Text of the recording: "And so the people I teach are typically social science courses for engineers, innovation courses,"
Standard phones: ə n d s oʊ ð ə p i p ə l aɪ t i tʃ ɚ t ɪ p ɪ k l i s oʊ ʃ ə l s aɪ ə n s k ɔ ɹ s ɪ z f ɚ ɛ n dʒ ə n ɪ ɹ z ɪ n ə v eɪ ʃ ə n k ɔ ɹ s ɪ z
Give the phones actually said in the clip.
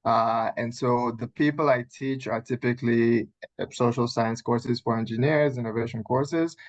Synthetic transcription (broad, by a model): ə n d s oʊ ð ə p i p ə l aɪ t i tʃ ɚ t ɪ p ɪ k l i s oʊ ʃ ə l s aɪ ə n s k ɔ ɹ s ɪ z f ɚ ɛ n dʒ ə n ɪ ɹ z ɪ n ə v eɪ ʃ ə n k ɔ ɹ s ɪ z